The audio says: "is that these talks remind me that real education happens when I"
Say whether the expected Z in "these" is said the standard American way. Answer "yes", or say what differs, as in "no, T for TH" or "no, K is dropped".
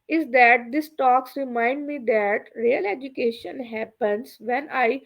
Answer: no, S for Z